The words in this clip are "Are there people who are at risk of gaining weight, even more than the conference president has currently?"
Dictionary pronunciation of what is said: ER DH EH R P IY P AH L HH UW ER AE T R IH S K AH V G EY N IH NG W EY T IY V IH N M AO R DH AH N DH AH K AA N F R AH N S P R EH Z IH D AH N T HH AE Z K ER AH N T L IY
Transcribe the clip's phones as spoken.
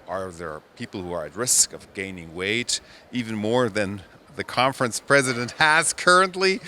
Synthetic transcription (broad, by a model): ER DH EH R P IY P L HH UW ER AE T R IH S K AH V G EY N IH NG W EY T IY V IH N M AO R DH AH N DH AH K AA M F R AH N S P R EH Z IH D AH N T HH AE Z K ER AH N T L IY